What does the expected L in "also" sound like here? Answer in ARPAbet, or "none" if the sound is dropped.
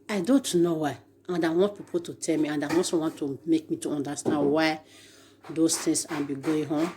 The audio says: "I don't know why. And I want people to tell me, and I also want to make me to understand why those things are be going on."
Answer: none